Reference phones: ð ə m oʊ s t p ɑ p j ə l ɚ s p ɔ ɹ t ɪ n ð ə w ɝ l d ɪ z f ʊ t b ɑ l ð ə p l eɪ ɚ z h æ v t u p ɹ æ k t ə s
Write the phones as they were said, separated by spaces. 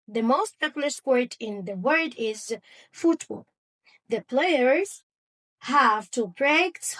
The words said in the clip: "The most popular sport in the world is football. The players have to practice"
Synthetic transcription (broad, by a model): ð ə m oʊ s t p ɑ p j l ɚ s p ɔ ɹ t ɪ n ð ə w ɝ d ɪ z f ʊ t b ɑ l ð ə p l eɪ ɚ z h æ v t u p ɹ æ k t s